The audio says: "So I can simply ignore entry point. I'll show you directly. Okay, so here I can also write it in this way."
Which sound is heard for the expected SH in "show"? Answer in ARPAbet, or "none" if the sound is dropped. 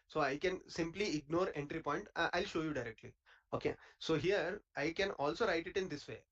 SH